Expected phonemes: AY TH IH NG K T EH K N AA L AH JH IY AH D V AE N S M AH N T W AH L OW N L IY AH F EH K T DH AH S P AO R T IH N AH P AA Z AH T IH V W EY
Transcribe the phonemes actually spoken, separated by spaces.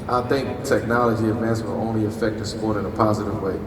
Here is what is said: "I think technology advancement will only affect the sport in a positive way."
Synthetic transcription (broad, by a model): AY TH IH NG K T EH K N AA L AH JH IY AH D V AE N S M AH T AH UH N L IY AH F EH K T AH S P AO R T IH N AH P AA Z AH T IH V W EY